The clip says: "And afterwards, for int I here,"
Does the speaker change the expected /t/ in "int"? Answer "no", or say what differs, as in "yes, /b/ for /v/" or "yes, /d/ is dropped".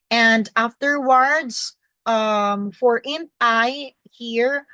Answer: yes, /t/ is dropped